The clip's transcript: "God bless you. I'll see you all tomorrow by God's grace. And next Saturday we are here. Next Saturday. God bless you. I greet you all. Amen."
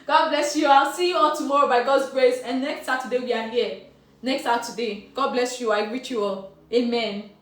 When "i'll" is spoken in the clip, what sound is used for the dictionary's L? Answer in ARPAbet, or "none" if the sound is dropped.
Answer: L